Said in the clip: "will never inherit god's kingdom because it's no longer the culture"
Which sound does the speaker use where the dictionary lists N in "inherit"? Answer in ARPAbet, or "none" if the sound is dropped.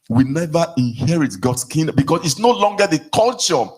N